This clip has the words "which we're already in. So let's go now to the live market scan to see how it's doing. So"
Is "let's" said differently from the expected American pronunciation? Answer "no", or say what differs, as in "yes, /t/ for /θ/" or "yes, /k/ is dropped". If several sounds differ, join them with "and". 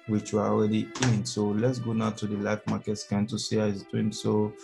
no